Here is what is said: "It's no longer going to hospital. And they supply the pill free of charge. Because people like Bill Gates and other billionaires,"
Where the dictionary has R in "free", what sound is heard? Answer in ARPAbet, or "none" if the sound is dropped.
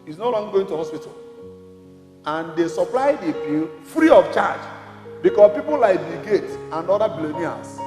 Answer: R